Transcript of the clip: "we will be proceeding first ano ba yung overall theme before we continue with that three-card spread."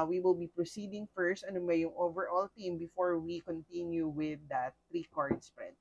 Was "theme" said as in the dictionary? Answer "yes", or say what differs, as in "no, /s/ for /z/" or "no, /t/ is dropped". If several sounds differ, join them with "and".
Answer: no, /t/ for /θ/